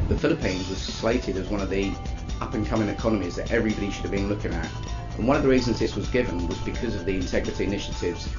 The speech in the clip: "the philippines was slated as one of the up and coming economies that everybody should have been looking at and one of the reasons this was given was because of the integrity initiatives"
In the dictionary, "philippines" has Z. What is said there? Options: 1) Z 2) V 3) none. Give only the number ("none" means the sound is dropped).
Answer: 1